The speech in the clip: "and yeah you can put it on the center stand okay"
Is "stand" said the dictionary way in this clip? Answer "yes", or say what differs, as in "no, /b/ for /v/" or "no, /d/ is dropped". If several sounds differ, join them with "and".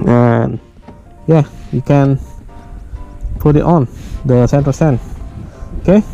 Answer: no, /d/ is dropped